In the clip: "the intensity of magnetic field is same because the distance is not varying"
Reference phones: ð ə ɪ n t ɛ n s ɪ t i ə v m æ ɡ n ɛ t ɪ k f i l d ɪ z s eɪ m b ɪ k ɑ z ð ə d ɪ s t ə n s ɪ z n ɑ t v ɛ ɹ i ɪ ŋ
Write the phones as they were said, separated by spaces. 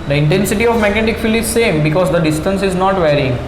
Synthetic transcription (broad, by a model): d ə ɪ n t ɛ n s ɪ t i ə v m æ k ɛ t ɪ k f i l ɪ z s eɪ m b ɪ k ɑ z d ə d ɪ s t ə n s ɪ z n ɑ t v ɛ ɹ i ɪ ŋ